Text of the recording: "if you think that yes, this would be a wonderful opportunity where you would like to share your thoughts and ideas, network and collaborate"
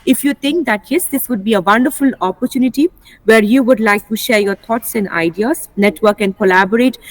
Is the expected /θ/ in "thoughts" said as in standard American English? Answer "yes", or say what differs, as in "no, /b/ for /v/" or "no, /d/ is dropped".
no, /t/ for /θ/